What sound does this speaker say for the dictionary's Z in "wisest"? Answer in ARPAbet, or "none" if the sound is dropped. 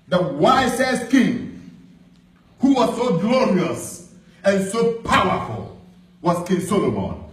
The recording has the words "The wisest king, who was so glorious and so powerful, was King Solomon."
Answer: S